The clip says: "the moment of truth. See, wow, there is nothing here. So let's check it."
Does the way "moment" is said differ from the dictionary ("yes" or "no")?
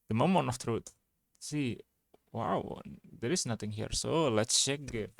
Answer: yes